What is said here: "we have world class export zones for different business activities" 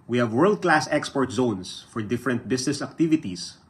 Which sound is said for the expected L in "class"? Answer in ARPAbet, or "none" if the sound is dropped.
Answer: L